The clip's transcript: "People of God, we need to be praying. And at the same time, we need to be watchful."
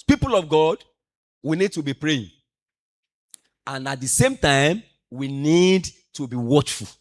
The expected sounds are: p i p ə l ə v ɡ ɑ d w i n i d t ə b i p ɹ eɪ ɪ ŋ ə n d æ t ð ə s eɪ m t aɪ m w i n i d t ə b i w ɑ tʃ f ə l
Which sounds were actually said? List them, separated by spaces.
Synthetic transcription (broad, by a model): p i p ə l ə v ɡ ɑ d w i n i d t ə b i p ɹ eɪ ɪ ŋ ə n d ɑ t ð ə s eɪ m t aɪ m w i n i d t ə b i w ɑ tʃ f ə l